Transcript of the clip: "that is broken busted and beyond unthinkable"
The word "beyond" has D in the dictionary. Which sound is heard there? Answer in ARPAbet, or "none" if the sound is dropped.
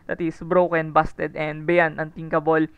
none